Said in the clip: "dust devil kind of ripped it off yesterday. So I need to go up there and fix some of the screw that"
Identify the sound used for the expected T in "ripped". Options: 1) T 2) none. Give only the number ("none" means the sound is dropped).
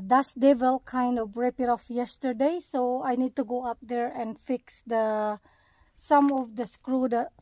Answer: 2